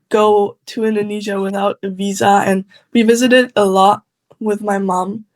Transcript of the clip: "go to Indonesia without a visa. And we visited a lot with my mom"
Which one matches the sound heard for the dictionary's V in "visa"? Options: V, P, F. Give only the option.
V